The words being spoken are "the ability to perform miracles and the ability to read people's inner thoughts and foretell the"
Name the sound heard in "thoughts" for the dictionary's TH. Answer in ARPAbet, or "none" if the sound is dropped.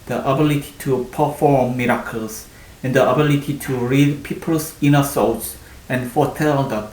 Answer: S